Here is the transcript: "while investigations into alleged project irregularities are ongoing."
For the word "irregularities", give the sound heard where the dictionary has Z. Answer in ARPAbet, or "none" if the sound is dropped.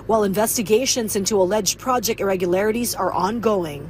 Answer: Z